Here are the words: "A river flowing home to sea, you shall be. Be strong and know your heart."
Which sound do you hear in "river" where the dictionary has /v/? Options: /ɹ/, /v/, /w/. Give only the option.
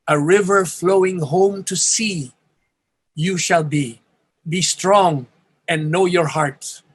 /v/